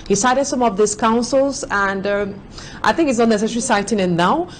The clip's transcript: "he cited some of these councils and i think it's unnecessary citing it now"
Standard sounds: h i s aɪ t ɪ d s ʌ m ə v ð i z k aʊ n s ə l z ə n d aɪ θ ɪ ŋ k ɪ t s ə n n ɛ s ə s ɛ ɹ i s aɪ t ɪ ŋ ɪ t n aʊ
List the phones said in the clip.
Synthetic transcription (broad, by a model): h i s aɪ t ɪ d s ʌ m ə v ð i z k aʊ n s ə l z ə n d aɪ θ ɪ ŋ k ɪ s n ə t n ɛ s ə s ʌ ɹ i s aɪ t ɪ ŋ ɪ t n aʊ